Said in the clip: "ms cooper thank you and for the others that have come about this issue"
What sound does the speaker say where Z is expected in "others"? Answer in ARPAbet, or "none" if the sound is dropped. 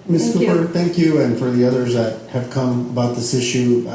Z